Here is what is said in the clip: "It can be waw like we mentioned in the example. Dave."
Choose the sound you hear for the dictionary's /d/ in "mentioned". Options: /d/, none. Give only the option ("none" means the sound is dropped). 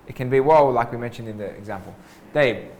/d/